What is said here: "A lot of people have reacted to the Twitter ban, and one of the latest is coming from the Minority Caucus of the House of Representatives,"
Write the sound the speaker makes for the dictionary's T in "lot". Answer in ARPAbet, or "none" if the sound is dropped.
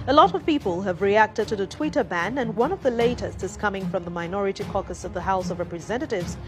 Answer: T